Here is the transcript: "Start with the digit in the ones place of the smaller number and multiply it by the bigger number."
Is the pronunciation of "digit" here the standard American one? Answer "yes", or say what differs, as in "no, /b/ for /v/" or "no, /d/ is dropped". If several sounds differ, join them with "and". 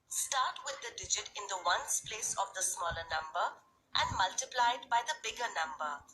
yes